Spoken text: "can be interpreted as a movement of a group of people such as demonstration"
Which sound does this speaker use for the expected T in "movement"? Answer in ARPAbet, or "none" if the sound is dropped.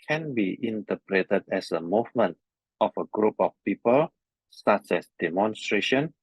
T